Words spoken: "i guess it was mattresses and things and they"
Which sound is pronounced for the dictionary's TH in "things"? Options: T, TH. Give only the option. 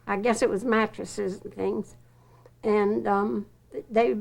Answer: TH